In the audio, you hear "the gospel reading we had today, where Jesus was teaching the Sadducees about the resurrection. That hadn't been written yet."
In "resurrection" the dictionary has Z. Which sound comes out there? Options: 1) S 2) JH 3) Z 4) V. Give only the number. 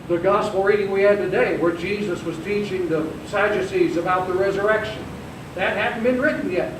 3